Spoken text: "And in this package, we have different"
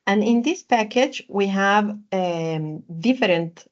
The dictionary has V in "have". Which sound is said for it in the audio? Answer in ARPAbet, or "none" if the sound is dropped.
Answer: V